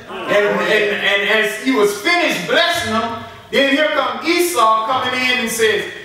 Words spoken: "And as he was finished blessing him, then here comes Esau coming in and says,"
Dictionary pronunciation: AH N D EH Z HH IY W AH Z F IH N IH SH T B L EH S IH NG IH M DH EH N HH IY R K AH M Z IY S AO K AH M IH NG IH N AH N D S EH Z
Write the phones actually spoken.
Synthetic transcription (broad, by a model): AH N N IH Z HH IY W AH Z F IH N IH SH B L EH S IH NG IH M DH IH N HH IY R K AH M IY S AO K AH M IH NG IH N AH N S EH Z